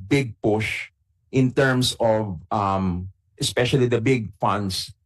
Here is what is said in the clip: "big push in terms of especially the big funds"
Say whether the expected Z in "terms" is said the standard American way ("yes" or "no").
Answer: no